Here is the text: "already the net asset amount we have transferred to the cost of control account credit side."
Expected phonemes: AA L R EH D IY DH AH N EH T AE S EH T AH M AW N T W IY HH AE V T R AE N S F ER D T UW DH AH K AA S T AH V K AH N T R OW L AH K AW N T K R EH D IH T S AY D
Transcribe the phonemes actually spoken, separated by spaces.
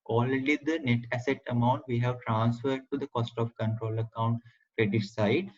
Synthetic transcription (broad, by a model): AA L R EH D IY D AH N EH T AE S EH T AH M AW N T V IY HH AE V T R AE N S F ER D T UW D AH K AA S T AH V K AH N T R OW L AH K AW N T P R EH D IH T S AY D